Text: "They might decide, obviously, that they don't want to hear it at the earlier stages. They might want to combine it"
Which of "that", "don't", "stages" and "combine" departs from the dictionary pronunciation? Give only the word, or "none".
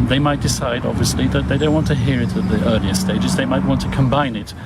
none